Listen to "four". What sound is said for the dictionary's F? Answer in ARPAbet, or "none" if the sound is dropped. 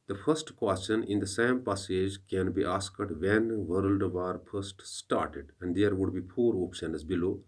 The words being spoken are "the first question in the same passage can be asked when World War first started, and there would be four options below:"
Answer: P